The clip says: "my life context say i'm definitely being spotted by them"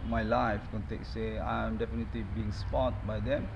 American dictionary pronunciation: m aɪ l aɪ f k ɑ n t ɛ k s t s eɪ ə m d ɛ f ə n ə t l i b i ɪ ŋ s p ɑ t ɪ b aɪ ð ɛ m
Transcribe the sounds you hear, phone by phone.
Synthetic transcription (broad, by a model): m aɪ l aɪ f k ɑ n t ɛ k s s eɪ ə m d ɛ f ə n ə t l i b i ɪ ŋ s p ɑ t b aɪ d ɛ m